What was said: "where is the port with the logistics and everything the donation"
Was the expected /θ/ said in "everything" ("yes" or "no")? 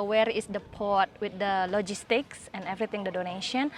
no